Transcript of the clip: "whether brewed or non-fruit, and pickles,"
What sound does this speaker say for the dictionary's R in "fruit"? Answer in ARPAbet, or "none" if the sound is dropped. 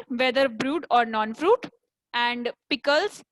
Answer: R